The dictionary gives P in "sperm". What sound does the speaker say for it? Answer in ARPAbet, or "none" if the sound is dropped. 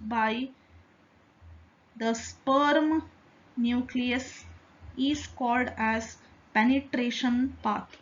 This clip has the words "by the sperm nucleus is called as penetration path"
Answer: P